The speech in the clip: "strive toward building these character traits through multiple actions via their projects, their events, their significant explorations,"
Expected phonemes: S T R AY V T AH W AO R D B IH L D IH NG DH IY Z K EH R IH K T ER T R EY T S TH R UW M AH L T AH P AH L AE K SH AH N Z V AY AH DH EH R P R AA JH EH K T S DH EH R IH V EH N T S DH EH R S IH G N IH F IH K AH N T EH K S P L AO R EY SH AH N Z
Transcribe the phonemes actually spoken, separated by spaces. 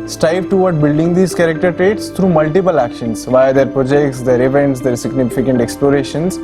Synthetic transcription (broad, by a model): S T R AY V T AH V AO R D B IH L D IH NG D IY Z K EH R IH K T ER T R EY T S T R UW M AH L T AH P AH L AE K SH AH N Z V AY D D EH R P R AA JH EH K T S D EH R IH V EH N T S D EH R S IH G N IH F IH K AH N T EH K S P L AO R EY SH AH N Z